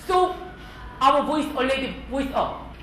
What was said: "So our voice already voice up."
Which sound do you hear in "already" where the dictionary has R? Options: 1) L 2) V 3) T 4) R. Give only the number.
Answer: 1